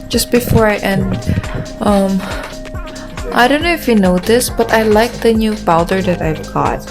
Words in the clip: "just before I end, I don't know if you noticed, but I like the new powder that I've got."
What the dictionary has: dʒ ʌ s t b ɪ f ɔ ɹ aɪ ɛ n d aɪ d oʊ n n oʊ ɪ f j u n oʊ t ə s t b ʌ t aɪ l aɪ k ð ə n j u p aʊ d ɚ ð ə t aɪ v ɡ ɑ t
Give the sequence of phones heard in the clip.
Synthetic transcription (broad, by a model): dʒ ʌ s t b ɪ f ɔ ɹ aɪ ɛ n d aɪ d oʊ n n oʊ ɪ f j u n oʊ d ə s b ʌ t aɪ l aɪ k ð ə n j u b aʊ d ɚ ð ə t aɪ v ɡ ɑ t